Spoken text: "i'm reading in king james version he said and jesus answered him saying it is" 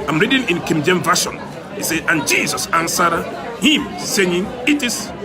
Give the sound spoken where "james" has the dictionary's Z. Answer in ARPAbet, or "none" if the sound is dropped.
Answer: none